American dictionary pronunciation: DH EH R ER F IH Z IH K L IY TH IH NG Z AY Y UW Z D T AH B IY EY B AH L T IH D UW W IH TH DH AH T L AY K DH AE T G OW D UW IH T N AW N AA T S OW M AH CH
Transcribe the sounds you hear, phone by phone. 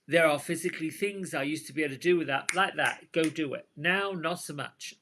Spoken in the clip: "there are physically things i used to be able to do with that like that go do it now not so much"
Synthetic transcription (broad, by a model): DH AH R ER F IH Z IH K L IY TH IH NG Z AY Y UW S T AH B IY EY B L T IH D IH W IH DH AH T L AY K DH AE T G OW D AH IH T N AW N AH T S OW M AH CH